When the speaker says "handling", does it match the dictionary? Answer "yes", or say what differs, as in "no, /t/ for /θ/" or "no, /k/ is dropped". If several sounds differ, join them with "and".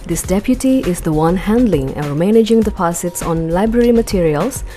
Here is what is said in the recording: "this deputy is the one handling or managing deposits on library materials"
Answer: yes